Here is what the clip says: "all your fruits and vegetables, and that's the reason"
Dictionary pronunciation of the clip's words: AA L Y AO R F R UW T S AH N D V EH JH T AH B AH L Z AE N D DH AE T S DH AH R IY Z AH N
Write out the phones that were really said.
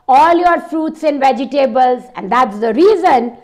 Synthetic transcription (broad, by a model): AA L Y AO R F R UW T S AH N V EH JH T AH B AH L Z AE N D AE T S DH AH R IY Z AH N